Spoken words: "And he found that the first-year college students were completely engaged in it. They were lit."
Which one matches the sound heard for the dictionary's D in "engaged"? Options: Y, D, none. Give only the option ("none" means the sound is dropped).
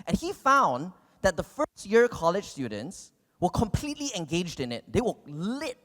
D